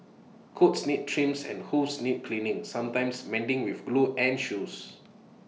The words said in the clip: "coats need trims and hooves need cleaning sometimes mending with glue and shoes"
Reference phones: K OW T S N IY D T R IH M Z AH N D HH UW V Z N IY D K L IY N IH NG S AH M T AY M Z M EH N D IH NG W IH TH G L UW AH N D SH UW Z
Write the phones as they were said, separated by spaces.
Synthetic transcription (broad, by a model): K OW T S N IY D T R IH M S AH N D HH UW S N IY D K L IY N IH NG S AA M T AY M S M EH N D IH NG W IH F G L UW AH N SH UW S